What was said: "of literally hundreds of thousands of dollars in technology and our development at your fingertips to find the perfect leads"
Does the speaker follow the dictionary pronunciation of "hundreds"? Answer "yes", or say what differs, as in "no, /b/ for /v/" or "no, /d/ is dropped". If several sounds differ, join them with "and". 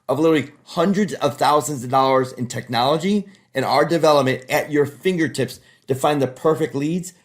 yes